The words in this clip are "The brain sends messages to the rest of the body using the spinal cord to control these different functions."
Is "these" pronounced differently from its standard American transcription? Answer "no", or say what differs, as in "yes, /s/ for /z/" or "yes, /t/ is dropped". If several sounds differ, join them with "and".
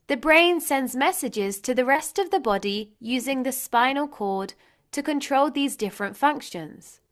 no